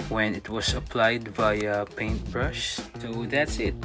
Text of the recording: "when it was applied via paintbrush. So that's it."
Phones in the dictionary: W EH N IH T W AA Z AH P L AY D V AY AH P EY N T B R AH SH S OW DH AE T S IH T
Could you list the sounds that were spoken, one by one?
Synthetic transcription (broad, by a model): W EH N IH T W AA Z AH P L AY D B AY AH P EY N T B R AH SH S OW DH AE T S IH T